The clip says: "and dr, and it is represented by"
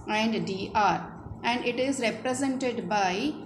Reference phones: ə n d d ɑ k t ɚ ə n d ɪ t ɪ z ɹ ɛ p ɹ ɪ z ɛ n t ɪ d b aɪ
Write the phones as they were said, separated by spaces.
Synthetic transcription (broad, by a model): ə n d d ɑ t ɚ ə n d ɪ t ɪ z ɹ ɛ p ɹ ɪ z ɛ n t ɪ d b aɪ